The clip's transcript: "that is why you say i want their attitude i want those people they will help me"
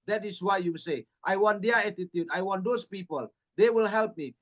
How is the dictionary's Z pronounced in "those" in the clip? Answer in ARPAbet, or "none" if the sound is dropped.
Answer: S